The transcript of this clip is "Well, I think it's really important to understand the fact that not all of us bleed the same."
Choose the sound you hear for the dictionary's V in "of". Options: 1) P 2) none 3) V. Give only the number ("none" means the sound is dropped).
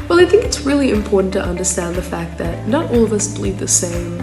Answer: 3